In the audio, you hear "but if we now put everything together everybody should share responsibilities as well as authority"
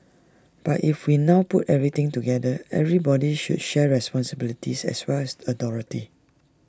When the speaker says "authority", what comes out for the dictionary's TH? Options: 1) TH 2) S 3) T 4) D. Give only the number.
3